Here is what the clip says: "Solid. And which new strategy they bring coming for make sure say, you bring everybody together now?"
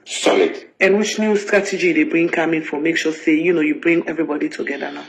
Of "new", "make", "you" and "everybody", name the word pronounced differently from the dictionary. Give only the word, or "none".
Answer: none